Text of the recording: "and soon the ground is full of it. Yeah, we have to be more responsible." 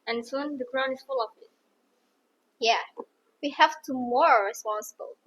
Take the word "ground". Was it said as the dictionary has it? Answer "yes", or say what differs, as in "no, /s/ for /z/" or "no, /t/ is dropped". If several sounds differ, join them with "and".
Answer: no, /d/ is dropped